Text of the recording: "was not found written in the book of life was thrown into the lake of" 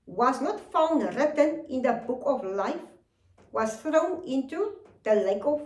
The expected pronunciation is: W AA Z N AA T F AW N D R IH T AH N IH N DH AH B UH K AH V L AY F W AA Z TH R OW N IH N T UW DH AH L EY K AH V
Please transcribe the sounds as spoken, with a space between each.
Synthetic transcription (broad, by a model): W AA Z N AA T F AW N D R IH T AH N IH N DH AH B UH K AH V L AY F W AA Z TH R OW N IH N T UW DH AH L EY K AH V